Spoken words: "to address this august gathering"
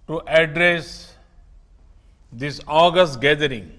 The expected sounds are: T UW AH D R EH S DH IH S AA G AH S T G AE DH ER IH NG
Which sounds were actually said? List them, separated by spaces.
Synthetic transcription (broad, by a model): T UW AH D R EH S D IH S AA G AH S T G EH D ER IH NG